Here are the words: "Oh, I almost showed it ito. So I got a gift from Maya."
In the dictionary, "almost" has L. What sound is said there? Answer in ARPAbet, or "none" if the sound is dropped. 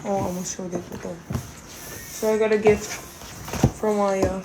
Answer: none